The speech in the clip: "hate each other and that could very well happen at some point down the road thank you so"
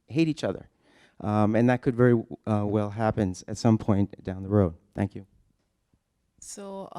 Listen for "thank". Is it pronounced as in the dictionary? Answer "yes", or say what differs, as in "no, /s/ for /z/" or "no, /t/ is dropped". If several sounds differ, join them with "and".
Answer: yes